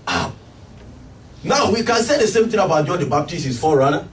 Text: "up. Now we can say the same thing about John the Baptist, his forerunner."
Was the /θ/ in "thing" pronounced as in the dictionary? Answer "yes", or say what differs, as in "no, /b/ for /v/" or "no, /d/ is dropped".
no, /t/ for /θ/